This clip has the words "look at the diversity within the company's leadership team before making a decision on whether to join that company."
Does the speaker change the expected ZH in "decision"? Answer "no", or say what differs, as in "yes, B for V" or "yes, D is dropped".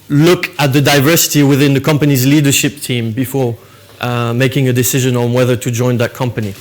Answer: no